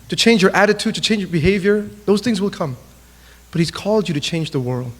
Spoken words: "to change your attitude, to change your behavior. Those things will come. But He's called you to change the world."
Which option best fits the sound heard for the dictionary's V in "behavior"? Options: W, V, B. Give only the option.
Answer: V